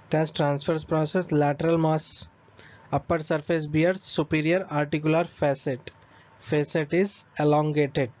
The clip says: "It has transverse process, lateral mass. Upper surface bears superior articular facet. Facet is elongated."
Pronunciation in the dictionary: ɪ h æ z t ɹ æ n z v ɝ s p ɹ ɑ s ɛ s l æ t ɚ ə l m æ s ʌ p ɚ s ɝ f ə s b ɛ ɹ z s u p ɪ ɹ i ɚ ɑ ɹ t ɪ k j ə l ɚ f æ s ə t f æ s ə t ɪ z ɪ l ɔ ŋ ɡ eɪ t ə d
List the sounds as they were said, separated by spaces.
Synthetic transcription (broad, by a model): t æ s t ɹ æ n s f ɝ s p ɹ ɑ s ɛ s l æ t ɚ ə l m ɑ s ʌ p ɚ s ɝ f ə s b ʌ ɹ s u p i ɹ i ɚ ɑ ɹ t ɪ k j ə l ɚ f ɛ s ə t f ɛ s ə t ɪ z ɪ l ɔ ŋ ɡ eɪ t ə d